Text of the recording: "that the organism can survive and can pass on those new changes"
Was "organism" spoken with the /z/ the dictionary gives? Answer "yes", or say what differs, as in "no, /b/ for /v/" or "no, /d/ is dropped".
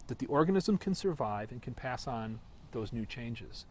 yes